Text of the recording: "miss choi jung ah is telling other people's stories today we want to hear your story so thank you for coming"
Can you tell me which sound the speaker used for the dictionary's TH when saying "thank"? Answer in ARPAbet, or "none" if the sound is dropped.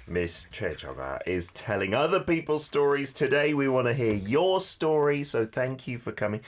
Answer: TH